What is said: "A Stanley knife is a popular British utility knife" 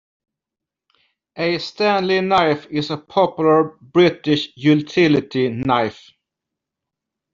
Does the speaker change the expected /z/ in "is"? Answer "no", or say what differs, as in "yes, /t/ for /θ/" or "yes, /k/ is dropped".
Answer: yes, /s/ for /z/